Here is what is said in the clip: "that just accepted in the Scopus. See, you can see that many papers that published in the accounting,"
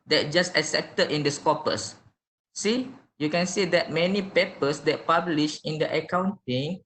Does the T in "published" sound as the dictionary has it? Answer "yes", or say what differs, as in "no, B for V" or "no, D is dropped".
no, T is dropped